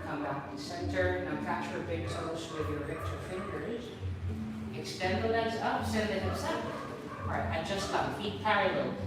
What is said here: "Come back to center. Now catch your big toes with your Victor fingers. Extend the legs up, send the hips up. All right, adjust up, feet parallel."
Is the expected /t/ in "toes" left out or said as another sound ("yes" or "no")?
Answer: yes